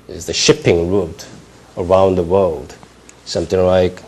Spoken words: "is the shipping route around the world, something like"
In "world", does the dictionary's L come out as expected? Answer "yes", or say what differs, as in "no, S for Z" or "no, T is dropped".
yes